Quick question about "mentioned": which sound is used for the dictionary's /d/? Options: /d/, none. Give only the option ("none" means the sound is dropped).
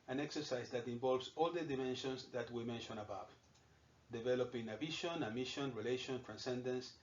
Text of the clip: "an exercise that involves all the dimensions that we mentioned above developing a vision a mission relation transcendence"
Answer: none